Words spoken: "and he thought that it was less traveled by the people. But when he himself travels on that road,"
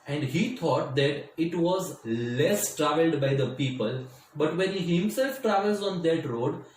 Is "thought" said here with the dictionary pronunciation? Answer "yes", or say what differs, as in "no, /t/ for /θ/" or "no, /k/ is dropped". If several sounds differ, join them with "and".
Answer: no, /t/ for /θ/